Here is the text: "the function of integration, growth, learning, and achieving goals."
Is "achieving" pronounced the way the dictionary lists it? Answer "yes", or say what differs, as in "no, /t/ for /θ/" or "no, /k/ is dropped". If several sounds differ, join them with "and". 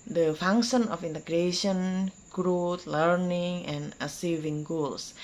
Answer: no, /s/ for /tʃ/